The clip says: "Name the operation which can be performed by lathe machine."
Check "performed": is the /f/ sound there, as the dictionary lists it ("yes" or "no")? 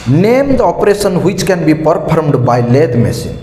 no